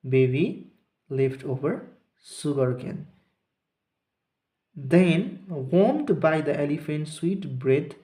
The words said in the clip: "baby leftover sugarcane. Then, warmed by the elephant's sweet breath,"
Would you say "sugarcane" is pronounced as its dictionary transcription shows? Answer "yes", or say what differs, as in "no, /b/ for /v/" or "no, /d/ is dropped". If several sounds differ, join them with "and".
no, /s/ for /ʃ/